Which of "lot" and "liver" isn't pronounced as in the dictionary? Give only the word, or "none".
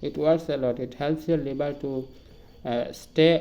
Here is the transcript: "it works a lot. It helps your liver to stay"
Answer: liver